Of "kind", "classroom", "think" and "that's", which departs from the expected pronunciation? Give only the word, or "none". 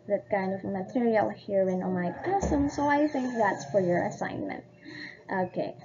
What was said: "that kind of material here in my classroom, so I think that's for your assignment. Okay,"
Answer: classroom